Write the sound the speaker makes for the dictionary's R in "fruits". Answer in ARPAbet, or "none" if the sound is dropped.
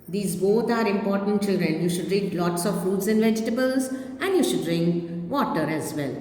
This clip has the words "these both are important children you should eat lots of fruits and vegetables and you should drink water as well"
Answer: none